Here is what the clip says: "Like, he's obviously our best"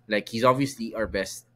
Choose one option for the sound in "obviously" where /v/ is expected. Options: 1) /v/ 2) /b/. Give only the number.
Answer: 1